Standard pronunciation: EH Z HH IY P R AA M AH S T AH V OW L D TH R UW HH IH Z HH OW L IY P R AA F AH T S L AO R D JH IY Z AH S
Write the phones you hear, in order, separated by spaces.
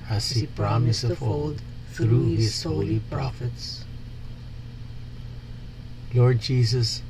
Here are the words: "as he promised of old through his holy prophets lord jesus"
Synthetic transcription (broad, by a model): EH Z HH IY P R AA M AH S AH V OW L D TH R UW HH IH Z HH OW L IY P R AA F AH T S L AO R D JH IY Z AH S